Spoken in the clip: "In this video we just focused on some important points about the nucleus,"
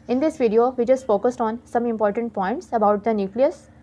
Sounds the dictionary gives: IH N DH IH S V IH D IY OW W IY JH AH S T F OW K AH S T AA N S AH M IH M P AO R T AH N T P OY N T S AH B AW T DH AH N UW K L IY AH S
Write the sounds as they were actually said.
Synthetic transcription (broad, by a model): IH N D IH S V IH D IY OW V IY JH AH S T F OW K AH S T AA N S AH M IH M P AO R T AH N T P OY N T S AH B AW T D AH N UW K L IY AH S